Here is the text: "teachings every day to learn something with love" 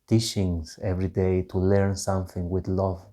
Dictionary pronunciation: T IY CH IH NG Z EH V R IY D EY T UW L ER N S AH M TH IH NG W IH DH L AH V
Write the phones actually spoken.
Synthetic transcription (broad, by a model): T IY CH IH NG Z EH V R IY D EY T UW L ER N S AH M TH IH NG W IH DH L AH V